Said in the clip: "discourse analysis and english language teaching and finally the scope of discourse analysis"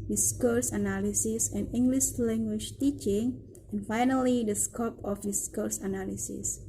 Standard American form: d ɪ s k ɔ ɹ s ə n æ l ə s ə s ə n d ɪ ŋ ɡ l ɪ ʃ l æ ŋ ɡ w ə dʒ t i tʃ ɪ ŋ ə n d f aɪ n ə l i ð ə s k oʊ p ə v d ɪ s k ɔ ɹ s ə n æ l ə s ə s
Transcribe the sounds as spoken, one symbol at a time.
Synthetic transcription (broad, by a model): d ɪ s k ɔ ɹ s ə n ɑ l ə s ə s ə n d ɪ ŋ ɡ l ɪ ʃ l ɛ ŋ ɡ w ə ʃ t i tʃ ɪ ŋ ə n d f aɪ n ə l i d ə s k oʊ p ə f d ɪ s k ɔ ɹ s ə n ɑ l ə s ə s